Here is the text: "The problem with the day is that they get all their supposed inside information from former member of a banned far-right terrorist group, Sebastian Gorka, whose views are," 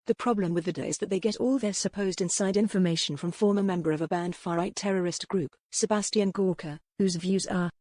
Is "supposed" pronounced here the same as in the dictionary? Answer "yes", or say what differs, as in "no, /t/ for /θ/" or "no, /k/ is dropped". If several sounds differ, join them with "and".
yes